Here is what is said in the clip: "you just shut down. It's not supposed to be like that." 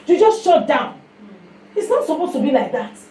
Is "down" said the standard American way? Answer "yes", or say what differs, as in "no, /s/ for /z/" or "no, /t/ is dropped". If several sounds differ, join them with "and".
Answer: yes